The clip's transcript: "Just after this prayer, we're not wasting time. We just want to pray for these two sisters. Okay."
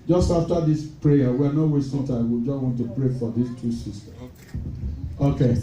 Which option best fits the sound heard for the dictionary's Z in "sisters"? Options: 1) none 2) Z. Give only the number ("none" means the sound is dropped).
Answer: 1